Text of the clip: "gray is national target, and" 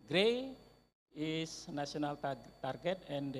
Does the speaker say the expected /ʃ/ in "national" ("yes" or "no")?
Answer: no